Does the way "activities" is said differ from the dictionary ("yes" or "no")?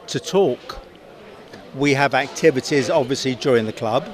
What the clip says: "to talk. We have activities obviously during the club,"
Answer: no